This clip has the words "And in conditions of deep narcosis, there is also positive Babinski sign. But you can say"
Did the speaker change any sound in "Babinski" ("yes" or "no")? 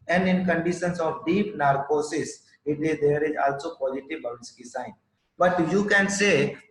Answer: yes